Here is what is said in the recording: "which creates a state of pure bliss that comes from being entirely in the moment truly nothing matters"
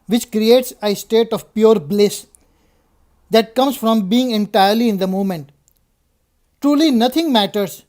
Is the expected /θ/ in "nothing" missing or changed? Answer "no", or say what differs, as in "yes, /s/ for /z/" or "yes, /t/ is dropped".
yes, /t/ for /θ/